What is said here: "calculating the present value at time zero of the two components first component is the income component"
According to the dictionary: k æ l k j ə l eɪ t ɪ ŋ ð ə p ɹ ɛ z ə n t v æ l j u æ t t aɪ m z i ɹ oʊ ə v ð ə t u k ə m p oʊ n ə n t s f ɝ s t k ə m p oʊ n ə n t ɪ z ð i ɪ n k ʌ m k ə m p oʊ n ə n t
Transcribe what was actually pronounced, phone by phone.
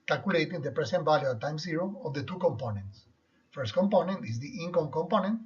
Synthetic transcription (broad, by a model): k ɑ l k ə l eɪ t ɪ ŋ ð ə p ɹ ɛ s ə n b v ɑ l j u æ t t aɪ m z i ɹ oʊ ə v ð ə t u k ə m p oʊ n ə n t s f ɝ s t k ə m p oʊ n ə n t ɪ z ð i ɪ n k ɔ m k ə m p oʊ n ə n t